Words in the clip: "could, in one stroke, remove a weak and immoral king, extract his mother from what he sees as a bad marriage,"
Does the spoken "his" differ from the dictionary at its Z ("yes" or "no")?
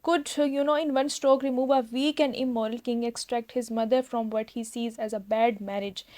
no